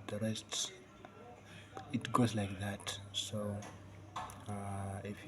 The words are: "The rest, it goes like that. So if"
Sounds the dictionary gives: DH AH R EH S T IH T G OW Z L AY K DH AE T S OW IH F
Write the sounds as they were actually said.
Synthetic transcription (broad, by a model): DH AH R EH S T IH T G OW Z L AY K DH AE T S OW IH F